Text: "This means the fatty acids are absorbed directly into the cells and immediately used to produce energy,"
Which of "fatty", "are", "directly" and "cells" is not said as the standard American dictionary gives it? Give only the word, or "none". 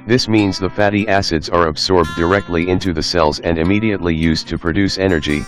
none